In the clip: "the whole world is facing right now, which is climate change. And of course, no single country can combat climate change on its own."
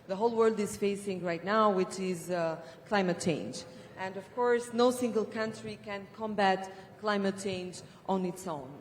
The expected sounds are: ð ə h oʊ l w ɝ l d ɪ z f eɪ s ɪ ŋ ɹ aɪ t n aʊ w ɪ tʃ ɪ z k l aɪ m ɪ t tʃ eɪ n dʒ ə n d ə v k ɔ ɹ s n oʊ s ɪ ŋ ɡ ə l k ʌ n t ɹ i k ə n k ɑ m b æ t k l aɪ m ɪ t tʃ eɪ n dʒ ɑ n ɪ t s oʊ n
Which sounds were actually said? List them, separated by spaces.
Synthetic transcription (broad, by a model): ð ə h oʊ l w ɝ l d ɪ z f eɪ s ɪ ŋ ɹ aɪ t n aʊ w ɪ tʃ ɪ z k l aɪ m ɪ t tʃ eɪ n dʒ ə n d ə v k ɔ ɹ s n oʊ s ɪ ŋ ɡ ə l k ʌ n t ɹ i k ə n k ɑ m b æ t k l aɪ m ɪ t tʃ eɪ n dʒ ɑ n ɪ t s oʊ n